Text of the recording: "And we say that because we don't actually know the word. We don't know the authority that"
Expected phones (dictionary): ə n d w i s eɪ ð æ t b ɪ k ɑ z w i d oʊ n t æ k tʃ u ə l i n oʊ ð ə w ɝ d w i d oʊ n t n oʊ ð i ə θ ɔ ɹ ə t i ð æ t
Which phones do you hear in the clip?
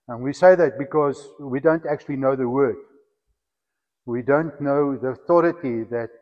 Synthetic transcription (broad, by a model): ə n w i s eɪ ð æ t b ɪ k ɑ z w i d oʊ n t æ k tʃ u ə l i n oʊ ð ə w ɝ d w i d oʊ n t n oʊ ð i ə θ ɔ ɹ ə t i ð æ t